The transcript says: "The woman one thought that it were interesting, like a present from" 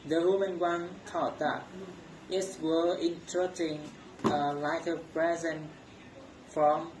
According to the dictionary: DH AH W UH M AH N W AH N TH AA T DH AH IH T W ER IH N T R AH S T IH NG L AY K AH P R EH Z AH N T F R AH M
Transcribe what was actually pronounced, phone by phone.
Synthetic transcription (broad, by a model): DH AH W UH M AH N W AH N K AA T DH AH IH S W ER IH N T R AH T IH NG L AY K AH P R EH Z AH N F R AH M